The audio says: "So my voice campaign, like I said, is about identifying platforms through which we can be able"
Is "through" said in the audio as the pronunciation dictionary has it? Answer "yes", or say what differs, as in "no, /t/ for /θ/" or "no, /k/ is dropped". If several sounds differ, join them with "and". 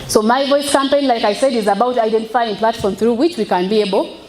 yes